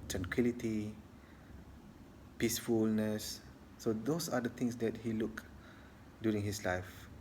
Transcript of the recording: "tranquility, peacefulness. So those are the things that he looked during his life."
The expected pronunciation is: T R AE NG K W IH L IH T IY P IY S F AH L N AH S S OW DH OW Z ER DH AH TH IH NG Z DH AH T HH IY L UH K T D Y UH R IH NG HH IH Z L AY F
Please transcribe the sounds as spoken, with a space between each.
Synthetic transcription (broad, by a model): T R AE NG K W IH L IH T IY P IY S F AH L N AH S S OW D OW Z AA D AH T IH NG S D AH T HH IY L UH K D Y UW R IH NG HH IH S L AY F